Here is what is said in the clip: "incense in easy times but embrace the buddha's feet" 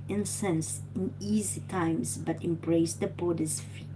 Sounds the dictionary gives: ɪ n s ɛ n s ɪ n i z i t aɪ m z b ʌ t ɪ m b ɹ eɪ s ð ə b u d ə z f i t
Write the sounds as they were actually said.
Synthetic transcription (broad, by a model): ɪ n s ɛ n s ɪ n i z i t aɪ m s b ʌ t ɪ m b ɹ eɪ s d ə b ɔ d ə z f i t